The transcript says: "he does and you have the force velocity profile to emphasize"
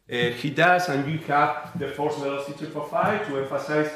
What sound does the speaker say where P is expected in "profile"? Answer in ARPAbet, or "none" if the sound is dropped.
F